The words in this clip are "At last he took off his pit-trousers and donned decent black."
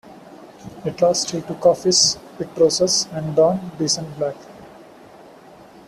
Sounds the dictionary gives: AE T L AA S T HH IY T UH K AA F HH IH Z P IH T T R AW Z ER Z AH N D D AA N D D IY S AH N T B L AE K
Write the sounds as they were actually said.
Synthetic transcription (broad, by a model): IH T L AA S T HH IY T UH K AA F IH S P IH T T R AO S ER S AH N D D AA N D D IY S AH N T B L AE K